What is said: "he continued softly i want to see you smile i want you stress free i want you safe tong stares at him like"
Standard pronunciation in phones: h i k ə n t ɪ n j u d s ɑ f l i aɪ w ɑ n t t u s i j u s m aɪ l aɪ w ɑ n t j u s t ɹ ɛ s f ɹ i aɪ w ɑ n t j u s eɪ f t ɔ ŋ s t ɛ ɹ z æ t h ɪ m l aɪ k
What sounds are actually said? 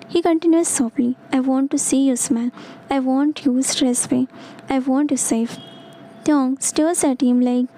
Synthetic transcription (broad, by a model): h i k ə n t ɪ n j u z s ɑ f l i aɪ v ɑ n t t u s i j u s m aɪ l aɪ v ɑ n t j u s t ɹ ɛ s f i aɪ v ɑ n t j u s eɪ f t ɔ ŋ s t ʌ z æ t h ɪ m l aɪ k